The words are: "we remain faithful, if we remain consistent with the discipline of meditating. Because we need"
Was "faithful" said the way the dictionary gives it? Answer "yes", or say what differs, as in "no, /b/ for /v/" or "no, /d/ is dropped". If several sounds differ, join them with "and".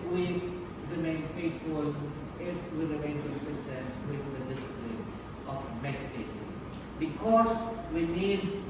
no, /t/ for /θ/